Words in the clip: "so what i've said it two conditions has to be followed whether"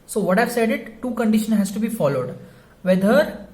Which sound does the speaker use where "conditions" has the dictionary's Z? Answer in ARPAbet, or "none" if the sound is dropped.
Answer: none